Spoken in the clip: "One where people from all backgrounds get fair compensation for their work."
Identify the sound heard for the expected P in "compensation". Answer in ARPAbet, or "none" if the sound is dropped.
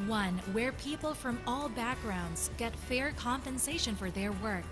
P